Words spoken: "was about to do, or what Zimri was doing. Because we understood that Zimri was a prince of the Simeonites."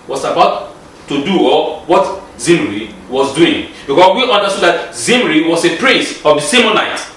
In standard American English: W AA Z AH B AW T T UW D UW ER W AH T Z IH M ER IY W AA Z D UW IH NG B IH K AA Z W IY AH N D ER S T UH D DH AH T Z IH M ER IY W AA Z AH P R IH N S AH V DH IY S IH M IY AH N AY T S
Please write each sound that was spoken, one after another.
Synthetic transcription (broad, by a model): W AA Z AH B AW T T UW D UW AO W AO T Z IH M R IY W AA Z D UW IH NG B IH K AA S W IY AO N D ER S T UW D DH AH T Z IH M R IY W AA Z AH P R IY S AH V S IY M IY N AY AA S